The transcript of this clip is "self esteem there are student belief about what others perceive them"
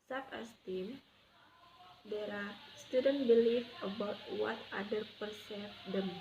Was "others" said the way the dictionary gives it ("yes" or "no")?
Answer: no